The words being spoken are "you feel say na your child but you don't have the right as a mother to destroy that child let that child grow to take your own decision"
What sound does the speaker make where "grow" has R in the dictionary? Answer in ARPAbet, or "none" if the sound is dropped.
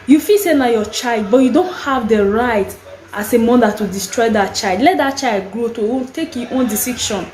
R